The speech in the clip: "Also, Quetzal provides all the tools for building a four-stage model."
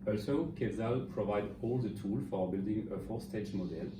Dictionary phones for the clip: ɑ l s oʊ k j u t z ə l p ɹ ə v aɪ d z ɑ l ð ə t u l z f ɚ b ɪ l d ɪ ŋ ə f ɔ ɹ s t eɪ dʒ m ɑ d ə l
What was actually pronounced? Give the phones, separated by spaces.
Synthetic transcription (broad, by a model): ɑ l s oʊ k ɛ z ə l p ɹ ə v aɪ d ɑ l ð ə t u l f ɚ b ɪ l d ɪ ŋ ə f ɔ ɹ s t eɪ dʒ m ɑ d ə l